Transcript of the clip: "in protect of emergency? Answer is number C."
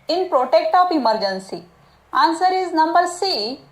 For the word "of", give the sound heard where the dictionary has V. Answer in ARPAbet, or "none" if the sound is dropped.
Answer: P